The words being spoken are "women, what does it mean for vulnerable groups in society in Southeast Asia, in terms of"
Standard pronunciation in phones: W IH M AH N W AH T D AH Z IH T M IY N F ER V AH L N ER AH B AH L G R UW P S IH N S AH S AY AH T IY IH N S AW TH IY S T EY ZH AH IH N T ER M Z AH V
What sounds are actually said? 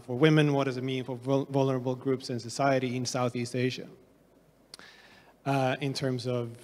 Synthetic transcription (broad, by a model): W IH M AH N W AH T D AH Z IH T M IY N F ER V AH L N ER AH B L G R UW P S IH N S AH S AY AH T IY IH N S AW TH IY S T EY ZH AH IH N T ER M Z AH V